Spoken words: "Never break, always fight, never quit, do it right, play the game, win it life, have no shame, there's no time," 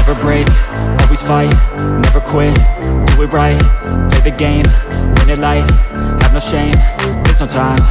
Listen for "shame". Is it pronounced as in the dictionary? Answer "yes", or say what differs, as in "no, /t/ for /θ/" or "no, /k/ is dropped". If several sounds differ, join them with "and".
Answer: yes